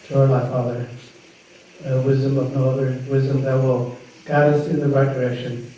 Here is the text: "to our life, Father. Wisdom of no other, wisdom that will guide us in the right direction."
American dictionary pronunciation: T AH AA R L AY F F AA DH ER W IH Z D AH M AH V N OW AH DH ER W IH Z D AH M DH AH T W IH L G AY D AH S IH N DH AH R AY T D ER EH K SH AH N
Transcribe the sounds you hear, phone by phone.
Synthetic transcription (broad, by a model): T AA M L AY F F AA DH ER W IH Z D AH M AH V N OW AH DH ER W IH Z D AH M DH AH T W IH L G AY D AH S IH N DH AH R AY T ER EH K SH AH N